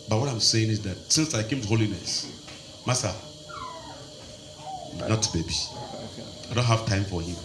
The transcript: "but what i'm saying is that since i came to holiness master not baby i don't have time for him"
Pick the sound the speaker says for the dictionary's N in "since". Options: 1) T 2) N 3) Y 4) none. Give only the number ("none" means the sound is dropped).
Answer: 2